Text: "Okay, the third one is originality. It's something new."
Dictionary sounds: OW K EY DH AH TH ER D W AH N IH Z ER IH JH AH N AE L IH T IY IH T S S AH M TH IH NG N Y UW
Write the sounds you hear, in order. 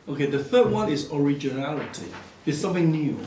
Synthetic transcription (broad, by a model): OW K EY DH AH TH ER D W AH N IH Z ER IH JH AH N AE L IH T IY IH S S AH M TH IH NG N Y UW